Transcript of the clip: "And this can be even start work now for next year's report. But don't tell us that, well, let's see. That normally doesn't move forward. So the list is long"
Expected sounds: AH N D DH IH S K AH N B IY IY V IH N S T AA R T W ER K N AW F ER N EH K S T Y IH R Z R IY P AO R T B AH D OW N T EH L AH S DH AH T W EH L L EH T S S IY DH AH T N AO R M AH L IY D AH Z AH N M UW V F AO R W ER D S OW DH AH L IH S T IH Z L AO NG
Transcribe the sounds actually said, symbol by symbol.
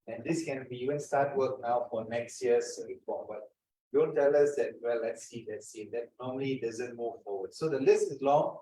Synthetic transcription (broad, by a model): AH N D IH S K AH N B IY IY V IH N S T AA T W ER K N AW F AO N EH K S T Y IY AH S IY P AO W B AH D OW N T EH L AH S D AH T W EH L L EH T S S IY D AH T N AO M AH L IY D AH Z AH N M UW V F AO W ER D S OW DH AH L IH S T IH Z L AO NG